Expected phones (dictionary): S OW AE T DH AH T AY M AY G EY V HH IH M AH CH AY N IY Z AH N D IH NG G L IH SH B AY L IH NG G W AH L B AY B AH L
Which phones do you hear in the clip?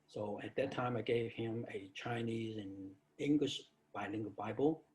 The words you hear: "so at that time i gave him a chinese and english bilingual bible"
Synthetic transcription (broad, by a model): S OW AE T DH AH T AY M AY G EY V HH IH M AH CH AY N IY Z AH N IH NG G L IH SH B AY L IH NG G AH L B AY B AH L